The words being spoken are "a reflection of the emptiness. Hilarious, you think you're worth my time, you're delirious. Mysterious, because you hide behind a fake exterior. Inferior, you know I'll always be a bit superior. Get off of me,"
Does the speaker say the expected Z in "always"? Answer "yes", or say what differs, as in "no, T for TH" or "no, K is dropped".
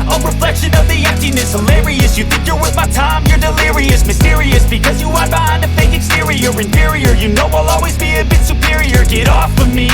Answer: yes